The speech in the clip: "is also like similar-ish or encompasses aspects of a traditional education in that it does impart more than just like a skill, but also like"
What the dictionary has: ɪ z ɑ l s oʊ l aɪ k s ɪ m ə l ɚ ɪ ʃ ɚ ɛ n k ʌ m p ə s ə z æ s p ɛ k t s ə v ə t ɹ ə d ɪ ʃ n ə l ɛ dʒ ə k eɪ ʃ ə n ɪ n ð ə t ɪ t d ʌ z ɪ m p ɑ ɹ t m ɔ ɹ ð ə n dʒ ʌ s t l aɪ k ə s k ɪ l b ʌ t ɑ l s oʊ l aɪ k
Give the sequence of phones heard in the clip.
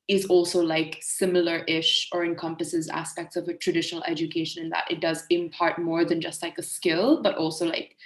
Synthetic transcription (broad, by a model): ɪ z ɑ l s oʊ l aɪ k s ɪ m l ɚ ɪ ʃ ɚ ɛ n k ʌ m p ə s ə z æ s p ɛ k t s ə v ə t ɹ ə d ɪ ʃ n l ɛ dʒ ə k eɪ ʃ ə n ɪ n ð ə t ɪ t d ʌ z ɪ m p ɑ ɹ t m ɔ ɹ ð ə n dʒ ʌ s t l aɪ k ə s k ɪ l b ʌ t ɑ l s oʊ l aɪ k